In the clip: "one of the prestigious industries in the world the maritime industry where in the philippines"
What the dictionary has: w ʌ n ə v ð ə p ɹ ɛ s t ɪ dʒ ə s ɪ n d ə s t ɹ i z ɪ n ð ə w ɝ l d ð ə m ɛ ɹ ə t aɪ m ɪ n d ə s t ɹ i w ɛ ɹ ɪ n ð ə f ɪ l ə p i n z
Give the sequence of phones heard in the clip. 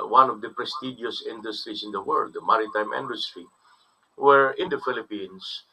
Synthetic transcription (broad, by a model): w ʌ n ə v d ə p ɹ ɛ s t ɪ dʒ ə s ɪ n d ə s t ɹ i s ɪ n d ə w ɝ l d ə m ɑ ɹ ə t aɪ m ɪ n d ə s t ɹ i w ɛ ɹ ɪ n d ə f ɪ l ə p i n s